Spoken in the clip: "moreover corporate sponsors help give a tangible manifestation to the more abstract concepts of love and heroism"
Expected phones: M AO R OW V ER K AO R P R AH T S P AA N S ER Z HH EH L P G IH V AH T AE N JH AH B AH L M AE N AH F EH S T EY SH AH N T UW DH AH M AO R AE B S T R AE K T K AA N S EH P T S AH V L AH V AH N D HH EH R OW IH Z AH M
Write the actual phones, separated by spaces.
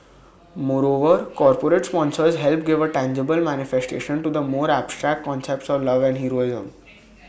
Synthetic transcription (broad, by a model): M AO R OW V ER K AO R P R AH T S P AA N S ER Z HH EH L P G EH V AH T AE N JH AH B AH L M AE N AH F EH S T EY SH AH N T UW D AH M AO R AE B S T R AE K T K AA N S EH P T S AH V L AH V AH N D HH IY R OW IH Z AH M